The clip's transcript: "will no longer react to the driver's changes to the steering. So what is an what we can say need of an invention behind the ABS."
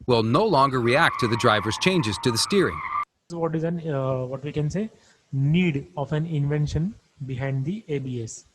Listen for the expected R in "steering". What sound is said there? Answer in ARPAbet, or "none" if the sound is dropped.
R